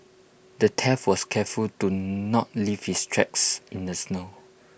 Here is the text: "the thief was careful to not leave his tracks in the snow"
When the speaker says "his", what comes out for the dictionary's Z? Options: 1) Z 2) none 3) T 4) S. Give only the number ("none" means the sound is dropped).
4